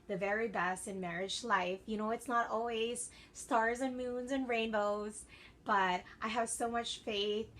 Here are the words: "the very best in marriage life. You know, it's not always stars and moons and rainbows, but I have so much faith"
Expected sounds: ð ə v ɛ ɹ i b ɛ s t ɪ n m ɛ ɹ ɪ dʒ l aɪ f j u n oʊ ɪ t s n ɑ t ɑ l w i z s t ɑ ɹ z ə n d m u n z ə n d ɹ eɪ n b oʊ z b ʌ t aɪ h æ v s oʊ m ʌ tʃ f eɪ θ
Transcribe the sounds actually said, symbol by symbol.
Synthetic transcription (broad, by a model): ð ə v ɛ ɹ i b ɛ s t ɪ n m ɛ ɹ ɪ dʒ l aɪ f j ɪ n oʊ ɪ t s n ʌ t ɑ l w i z s t ɑ ɹ z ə n m u n z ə n ɹ eɪ n b oʊ z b ʌ t aɪ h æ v s oʊ m ʌ tʃ f eɪ θ